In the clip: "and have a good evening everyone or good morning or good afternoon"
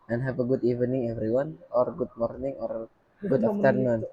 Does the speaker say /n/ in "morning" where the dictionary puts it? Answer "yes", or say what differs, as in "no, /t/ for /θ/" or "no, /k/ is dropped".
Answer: yes